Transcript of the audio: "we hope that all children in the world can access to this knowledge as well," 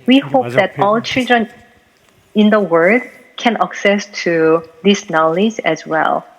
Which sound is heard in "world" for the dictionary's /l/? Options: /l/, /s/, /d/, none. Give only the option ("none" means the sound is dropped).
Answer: none